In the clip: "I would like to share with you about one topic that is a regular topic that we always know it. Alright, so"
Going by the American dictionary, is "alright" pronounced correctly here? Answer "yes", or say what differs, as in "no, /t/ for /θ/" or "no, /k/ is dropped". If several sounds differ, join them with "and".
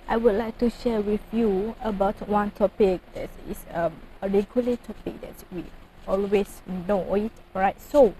no, /l/ is dropped